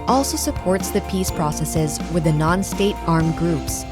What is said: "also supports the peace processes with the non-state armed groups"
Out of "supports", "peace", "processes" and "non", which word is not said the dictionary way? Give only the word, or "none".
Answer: none